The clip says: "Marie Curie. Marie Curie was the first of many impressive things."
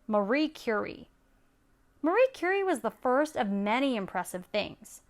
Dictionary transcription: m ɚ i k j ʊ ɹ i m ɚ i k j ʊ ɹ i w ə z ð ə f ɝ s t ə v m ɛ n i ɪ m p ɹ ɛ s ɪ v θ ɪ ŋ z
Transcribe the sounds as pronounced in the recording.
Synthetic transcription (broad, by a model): m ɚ i k j ʊ ɹ i m ɚ i k j ʊ ɹ i w ə z ð ə f ɝ s t ə v m ɛ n i ɪ m p ɹ ɛ s ɪ v θ ɪ ŋ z